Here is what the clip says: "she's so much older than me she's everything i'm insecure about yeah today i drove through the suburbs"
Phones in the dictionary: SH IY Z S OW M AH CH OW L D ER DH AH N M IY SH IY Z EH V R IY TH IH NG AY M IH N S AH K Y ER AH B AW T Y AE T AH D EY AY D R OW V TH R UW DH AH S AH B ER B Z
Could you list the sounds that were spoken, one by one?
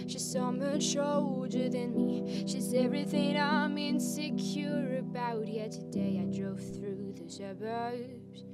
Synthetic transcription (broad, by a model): SH IY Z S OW M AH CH OW L D ER DH AH N M IY SH IY Z EH V R IY TH IH NG AY M IH N S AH K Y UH AH B AW T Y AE T AH D EY AY D R OW V TH R UW DH AH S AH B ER